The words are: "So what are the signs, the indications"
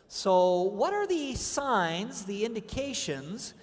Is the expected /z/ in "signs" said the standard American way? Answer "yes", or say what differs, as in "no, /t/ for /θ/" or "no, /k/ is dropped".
yes